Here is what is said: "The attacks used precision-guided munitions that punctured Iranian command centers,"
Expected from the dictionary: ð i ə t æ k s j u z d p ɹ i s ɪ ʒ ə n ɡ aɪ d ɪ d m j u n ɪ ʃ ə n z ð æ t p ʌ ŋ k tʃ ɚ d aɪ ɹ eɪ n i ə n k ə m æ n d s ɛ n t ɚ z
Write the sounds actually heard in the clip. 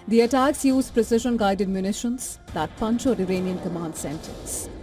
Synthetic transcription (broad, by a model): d i ə t æ k s j u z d p ɹ i s ɪ ʒ ə n ɡ aɪ d ɪ d m j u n ɪ ʃ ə n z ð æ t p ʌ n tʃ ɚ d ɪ ɹ eɪ n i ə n k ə m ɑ n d s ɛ n t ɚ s